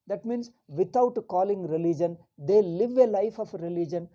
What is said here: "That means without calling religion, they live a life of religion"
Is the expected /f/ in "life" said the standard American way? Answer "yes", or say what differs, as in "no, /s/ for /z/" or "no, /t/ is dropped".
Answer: yes